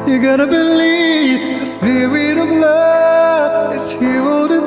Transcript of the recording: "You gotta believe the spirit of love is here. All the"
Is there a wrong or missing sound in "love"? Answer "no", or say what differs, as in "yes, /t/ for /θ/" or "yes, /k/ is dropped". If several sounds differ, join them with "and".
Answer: yes, /v/ is dropped